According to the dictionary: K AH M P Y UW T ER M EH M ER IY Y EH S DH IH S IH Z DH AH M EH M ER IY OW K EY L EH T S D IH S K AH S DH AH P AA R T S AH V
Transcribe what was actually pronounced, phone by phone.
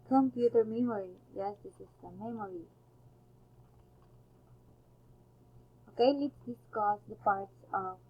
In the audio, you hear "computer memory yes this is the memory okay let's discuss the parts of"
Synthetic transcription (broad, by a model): K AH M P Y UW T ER M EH M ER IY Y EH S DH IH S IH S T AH M EH M ER IY OW K EY L EH T S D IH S K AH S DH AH P AA R T S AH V